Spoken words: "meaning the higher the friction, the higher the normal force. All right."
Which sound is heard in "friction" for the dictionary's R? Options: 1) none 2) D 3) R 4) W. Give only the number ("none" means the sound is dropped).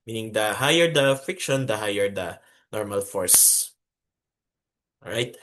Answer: 1